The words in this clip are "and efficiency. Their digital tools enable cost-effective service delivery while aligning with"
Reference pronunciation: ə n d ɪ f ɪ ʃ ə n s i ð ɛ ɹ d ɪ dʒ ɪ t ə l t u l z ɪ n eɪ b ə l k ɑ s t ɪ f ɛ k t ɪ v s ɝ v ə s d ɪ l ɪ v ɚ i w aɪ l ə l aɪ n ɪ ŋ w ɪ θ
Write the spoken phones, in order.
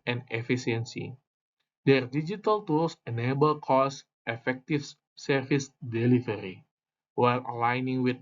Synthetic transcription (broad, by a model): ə n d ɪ f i s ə n s i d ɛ ɹ d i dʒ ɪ t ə l t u l s ɪ n eɪ b ə l k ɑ s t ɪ f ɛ k t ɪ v s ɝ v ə s d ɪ l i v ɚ i w aɪ l ə l aɪ n ɪ ŋ w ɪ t